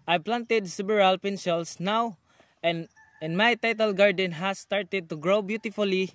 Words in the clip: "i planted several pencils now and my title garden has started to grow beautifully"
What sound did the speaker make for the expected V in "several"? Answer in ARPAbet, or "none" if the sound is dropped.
B